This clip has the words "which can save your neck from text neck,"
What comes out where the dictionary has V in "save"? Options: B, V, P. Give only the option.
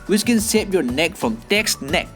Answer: P